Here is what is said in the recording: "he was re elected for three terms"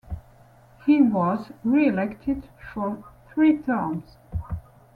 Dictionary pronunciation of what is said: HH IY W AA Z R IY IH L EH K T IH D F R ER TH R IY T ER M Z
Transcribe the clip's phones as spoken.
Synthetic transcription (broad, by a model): HH IY W AA Z R IY IH L EH K T IH D F R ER TH R IY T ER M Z